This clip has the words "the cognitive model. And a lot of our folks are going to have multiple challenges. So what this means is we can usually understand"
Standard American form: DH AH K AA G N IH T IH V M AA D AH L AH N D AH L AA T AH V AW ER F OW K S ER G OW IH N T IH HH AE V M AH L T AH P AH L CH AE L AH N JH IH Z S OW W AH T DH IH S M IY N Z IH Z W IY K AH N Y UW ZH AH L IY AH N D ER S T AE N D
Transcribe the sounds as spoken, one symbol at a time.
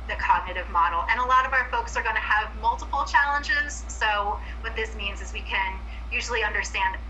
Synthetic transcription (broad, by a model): DH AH K AA G N IH T IH V M AA D L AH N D AH L AA T AH V AW ER F OW K S ER G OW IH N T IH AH V M AH L T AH P L CH AE L AH N JH IH Z S OW W AH T DH IH S M IY N Z IH Z W IY K AH N Y UW ZH L IY AH N D ER S T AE N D